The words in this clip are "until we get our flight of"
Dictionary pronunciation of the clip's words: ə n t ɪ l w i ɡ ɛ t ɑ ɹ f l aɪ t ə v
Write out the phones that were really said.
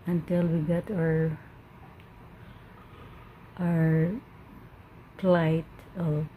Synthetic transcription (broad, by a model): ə n t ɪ l w i ɡ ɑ t ɑ ɹ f l aɪ t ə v